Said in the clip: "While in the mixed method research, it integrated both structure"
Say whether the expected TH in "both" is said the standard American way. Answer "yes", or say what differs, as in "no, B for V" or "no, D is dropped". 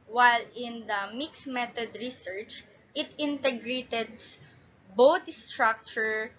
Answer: no, T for TH